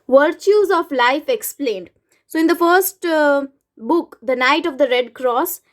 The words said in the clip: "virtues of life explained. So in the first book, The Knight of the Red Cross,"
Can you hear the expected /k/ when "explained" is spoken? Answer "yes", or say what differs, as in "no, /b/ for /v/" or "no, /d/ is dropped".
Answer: yes